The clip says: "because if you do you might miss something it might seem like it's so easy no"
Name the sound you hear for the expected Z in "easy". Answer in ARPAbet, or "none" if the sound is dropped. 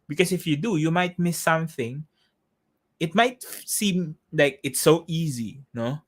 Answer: Z